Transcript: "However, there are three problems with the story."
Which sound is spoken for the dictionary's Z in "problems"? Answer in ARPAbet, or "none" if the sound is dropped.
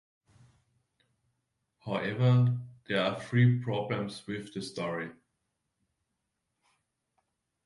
S